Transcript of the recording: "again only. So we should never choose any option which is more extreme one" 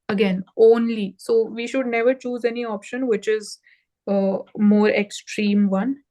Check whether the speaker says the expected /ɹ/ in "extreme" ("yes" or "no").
yes